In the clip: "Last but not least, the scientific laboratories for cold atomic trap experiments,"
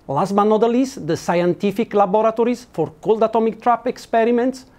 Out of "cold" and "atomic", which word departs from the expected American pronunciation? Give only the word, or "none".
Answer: none